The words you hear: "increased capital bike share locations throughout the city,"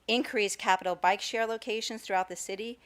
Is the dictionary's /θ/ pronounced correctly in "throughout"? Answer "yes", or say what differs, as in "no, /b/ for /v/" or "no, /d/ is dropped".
yes